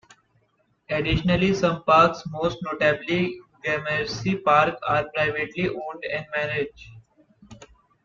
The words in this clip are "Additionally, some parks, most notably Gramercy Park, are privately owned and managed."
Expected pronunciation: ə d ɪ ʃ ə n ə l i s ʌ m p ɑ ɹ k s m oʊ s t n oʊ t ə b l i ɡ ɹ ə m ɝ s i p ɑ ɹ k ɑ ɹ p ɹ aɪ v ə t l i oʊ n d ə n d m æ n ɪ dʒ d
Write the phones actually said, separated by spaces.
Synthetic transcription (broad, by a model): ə d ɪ ʃ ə n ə l i s ʌ m p ɑ ɹ k s m oʊ s t n oʊ t ə b l i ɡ ə m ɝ s i p ɑ ɹ k ɑ ɹ p ɹ aɪ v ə t l i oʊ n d ə n d m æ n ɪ dʒ